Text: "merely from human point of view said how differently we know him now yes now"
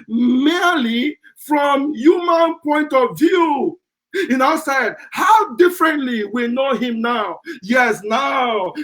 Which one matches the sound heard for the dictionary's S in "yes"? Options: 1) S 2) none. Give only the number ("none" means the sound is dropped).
1